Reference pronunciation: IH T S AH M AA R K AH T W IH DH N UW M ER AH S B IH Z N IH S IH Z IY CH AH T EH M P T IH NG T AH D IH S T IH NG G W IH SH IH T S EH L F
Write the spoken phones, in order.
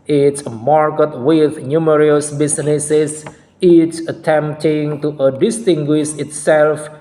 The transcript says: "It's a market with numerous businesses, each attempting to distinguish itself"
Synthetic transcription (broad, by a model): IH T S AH M AA R K AH T W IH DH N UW M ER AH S B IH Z N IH S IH S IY S AH T EH M P T IH NG T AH D IH S T IH NG G W IH SH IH T S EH L F